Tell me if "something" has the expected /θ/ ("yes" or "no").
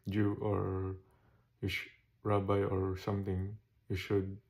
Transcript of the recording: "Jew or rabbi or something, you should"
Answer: no